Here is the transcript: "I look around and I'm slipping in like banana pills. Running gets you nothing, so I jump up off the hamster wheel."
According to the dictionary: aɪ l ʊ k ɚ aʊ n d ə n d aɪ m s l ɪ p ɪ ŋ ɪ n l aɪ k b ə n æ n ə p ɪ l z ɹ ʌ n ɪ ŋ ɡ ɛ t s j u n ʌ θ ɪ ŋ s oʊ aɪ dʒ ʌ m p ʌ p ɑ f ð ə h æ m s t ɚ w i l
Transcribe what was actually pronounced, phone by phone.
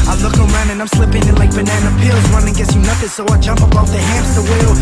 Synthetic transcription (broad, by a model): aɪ l ʊ k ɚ aʊ n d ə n aɪ m s l ɪ p ɪ ŋ ɪ n l aɪ k b ə n æ n ə p ɪ l z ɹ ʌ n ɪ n ɡ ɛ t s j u n ʌ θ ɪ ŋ s oʊ aɪ dʒ ʌ m p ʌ b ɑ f ð ə h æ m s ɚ w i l